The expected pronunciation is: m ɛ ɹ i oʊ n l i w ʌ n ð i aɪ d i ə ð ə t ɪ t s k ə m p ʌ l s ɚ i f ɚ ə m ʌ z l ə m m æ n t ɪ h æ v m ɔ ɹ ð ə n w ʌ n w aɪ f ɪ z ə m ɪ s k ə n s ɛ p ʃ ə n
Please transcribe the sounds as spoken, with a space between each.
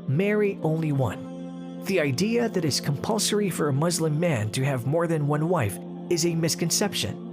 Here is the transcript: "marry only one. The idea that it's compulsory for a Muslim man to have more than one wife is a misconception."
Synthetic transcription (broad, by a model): m ɛ ɹ i oʊ n l i w ʌ n ð i aɪ d i ə ð ə t ɪ t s k ə m p ʌ l s ɚ i f ɚ ə m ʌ z l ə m m æ n t ɪ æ v m ɔ ɹ ð ə n w ʌ n w aɪ f ɪ z ə m ɪ s k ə n s ɛ p ʃ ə n